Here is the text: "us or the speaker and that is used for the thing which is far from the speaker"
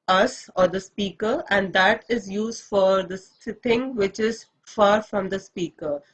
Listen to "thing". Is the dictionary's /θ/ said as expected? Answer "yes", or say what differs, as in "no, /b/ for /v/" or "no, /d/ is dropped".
no, /s/ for /θ/